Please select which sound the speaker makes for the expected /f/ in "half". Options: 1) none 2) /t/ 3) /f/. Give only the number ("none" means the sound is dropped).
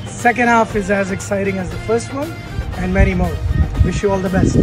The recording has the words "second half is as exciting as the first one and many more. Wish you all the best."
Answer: 3